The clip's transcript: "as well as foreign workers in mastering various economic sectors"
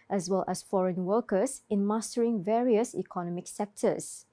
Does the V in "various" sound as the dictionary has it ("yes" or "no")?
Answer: yes